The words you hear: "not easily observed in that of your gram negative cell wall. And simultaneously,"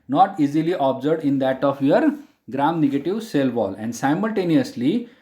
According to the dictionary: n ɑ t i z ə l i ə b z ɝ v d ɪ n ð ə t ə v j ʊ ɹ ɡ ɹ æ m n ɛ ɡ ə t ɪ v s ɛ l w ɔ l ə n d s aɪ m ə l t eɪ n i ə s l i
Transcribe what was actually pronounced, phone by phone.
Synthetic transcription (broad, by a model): n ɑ t i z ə l i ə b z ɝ d ɪ n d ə t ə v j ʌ ɹ ɡ ɹ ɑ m n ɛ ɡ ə t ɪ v s ɛ l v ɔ l ə n d s aɪ m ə l t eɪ n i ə s l i